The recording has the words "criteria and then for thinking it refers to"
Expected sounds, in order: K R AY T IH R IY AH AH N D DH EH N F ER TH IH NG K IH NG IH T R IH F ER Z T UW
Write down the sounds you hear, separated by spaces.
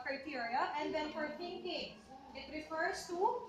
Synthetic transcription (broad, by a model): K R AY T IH R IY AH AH N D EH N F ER T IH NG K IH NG IH T R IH F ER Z T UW